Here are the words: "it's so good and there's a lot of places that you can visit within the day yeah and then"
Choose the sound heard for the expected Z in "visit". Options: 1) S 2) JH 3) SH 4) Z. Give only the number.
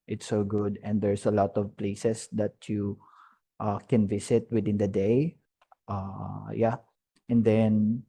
1